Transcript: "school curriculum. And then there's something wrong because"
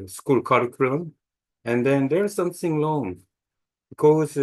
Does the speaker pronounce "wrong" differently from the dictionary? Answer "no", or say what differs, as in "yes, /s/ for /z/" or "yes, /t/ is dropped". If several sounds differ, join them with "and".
yes, /l/ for /ɹ/